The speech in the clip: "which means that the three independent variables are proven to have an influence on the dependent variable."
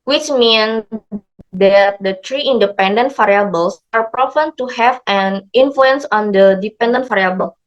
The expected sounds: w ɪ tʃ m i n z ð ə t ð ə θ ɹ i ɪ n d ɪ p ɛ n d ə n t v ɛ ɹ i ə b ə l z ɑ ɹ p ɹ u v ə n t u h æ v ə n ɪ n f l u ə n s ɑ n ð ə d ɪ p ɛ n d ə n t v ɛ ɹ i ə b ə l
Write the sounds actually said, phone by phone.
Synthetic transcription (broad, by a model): w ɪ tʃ m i n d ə t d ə t ɹ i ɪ n d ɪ p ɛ n d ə n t f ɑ ɹ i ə b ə l s ɑ ɹ p ɹ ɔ p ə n t u h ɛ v ə n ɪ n f l u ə n s ɑ n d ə d ɪ p ɛ n d ə n t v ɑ ɹ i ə b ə l